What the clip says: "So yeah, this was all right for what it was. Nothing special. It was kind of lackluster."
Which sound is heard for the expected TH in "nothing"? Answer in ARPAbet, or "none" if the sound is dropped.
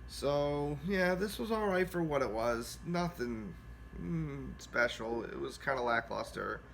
TH